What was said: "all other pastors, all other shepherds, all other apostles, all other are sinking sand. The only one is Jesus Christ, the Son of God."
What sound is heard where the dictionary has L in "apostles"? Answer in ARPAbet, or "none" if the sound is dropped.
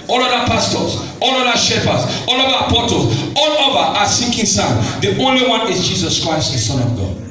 none